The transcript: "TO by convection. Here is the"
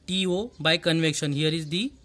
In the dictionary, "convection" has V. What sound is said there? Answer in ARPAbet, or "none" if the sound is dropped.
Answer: V